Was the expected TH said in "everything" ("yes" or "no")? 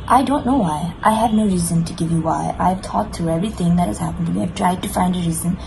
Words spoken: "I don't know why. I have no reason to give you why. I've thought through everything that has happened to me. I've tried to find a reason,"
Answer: yes